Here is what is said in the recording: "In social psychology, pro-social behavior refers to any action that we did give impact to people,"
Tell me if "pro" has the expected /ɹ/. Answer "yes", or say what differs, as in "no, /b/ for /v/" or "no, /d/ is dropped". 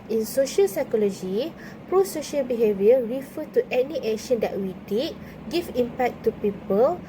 yes